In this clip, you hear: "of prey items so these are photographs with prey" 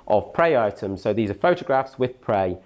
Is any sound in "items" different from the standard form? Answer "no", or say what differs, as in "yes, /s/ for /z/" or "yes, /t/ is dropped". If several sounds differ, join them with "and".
no